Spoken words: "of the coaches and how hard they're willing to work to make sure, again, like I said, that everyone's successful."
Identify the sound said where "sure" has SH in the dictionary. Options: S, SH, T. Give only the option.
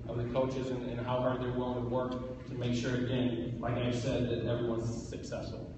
SH